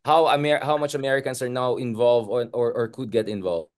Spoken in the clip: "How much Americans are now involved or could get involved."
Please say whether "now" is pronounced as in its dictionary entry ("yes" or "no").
yes